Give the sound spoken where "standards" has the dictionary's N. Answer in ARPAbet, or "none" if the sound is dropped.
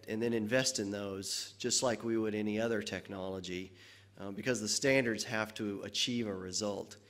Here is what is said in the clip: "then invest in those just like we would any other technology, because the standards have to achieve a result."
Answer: N